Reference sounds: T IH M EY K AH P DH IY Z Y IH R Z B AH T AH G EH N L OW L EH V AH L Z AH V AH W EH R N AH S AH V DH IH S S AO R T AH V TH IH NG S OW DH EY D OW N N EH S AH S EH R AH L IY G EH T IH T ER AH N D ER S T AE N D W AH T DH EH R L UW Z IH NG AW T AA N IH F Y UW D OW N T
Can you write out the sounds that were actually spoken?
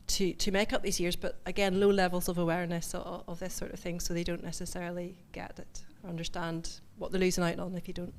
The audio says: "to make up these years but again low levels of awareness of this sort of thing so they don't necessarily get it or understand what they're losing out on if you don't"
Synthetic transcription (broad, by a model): T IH M EY K AH P DH IY Z Y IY R Z B AH T AH G EH N L OW L EH V AH L Z AH V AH W EH R N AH S AH V DH IH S S AO R T AH V TH IH NG S OW DH EY D OW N N EH S AH S EH R AH L IY G EH T IH T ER AH N D ER S T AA N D W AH T DH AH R L UW Z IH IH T N IH F Y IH D OW N T